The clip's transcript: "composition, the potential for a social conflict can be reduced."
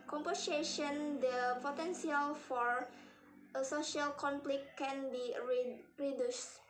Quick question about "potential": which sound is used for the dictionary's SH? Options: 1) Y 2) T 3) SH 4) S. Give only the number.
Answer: 4